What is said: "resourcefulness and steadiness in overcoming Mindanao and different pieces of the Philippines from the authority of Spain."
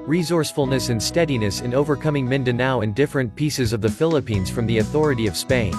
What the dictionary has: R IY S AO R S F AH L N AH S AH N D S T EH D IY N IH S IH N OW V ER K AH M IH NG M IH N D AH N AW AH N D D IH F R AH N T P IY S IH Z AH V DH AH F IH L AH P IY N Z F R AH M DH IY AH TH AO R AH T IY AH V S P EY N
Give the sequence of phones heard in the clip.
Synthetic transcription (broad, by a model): R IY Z AO R S F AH L N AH S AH N S T EH D IY N IH S IH N OW V ER K AH M IH NG M IH N D AH N AW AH N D D IH F R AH N P IY S IH Z AH V DH AH F IH L AH P IY N Z F R AH M DH IY AH TH AO R AH T IY AH V S P EY N